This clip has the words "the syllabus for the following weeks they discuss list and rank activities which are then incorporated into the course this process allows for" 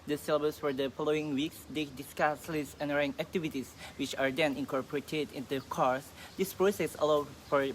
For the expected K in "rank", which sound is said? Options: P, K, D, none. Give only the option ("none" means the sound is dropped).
none